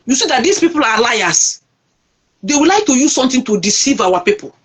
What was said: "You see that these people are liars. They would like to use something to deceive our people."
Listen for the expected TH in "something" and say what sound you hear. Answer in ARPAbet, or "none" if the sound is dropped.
T